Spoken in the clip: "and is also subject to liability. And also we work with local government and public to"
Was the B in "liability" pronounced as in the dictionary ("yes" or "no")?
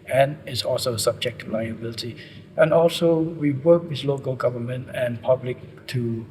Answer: yes